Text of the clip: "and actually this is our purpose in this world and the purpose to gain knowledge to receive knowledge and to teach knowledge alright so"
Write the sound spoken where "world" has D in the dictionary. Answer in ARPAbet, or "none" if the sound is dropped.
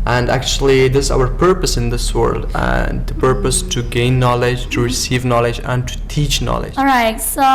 D